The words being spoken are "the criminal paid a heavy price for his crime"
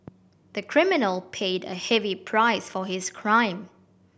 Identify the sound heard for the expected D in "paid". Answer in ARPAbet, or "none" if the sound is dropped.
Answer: D